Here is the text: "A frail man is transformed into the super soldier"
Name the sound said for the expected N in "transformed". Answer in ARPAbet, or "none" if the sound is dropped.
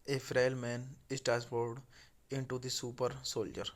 none